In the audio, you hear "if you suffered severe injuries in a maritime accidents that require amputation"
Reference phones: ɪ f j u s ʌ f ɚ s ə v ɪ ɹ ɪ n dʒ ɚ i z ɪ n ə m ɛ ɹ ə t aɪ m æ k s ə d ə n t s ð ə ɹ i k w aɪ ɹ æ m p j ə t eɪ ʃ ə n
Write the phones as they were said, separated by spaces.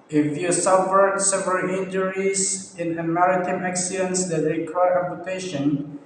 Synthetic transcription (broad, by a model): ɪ f j u s ʌ f ɚ s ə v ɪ l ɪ n dʒ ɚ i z ɪ n ə m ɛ ɹ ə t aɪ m æ k s ə d ə n t s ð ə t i k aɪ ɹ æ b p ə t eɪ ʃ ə n